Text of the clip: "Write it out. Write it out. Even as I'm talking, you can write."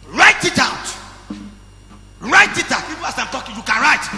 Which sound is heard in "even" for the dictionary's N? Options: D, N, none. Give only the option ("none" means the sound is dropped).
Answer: none